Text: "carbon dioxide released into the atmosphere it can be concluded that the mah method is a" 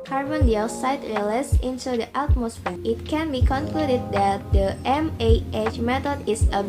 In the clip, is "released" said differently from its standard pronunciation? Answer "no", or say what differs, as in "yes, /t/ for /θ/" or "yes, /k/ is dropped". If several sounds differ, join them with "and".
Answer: yes, /t/ is dropped